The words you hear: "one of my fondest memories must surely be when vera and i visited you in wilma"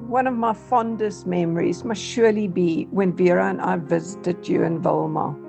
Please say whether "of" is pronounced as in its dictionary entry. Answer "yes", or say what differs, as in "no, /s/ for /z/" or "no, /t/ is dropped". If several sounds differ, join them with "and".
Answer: yes